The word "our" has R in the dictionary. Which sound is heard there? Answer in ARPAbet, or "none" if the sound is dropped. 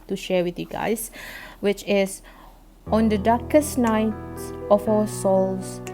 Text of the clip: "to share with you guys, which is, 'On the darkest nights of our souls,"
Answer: W